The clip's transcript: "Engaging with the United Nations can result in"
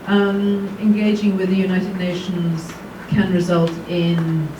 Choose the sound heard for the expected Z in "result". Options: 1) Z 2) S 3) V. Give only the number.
1